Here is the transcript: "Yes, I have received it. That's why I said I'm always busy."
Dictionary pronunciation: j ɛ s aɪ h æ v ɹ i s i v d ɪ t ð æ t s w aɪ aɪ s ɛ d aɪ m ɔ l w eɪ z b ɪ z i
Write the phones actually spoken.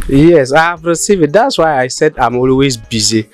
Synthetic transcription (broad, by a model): j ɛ s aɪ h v ɹ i s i v ɪ t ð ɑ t s w aɪ aɪ s ɛ d aɪ m ɔ l w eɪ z b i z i